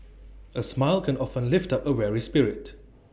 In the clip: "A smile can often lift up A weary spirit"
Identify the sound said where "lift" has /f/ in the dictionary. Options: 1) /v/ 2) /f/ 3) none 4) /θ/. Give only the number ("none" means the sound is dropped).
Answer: 2